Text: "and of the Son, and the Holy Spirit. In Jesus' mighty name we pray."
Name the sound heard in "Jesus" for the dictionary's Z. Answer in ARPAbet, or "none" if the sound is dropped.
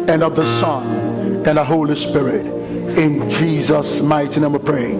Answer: Z